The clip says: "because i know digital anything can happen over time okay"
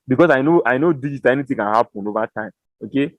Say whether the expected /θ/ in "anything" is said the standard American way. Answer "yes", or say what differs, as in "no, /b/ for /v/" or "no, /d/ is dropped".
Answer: no, /t/ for /θ/